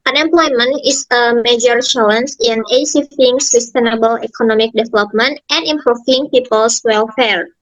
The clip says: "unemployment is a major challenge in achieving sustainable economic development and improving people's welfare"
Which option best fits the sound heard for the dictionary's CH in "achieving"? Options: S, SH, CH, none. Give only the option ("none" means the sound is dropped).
S